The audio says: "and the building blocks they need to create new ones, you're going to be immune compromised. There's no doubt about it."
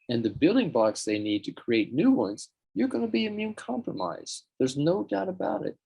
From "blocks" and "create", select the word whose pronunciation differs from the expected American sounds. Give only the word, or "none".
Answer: blocks